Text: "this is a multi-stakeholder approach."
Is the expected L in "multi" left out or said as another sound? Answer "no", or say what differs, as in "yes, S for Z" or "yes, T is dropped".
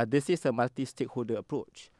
yes, L is dropped